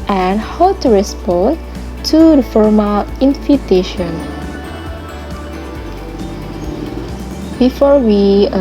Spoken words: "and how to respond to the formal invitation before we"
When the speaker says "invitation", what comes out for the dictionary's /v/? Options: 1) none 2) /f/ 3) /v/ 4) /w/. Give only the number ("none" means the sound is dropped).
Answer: 2